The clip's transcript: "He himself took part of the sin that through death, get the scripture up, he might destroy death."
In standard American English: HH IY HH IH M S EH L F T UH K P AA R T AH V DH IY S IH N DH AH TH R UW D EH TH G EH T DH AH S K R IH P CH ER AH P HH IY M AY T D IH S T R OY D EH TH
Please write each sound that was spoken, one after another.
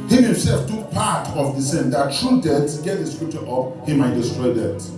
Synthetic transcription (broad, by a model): HH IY HH IH M S EH L F T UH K P AA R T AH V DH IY S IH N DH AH T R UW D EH S G EH T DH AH S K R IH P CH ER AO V HH IY M AY T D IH S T R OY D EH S